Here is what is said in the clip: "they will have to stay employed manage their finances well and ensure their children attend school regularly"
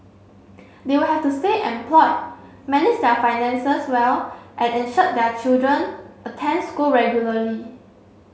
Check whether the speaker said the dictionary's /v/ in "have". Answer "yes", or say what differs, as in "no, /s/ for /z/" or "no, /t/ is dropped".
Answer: no, /f/ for /v/